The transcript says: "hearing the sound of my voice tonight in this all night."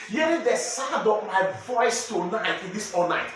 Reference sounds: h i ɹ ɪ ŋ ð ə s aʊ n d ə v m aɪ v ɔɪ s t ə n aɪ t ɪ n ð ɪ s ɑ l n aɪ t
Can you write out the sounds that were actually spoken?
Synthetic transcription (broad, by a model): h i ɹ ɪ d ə s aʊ d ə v m aɪ v ɔɪ s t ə n aɪ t ɪ n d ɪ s ɑ l n aɪ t